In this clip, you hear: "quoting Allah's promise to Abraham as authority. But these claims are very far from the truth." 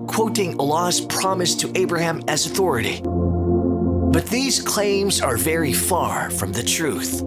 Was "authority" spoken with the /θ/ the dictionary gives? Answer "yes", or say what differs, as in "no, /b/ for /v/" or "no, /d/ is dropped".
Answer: yes